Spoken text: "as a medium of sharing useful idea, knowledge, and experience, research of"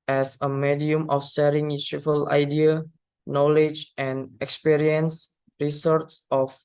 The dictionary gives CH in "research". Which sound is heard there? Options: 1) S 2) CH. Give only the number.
1